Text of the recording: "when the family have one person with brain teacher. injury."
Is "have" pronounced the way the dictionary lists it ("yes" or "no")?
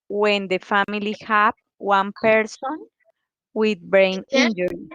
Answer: no